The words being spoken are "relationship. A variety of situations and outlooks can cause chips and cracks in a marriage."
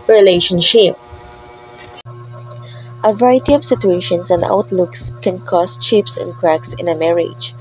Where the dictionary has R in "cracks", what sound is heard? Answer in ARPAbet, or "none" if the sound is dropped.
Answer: R